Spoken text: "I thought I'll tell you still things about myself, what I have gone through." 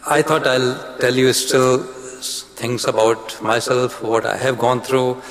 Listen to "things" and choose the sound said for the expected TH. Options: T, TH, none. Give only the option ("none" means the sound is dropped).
T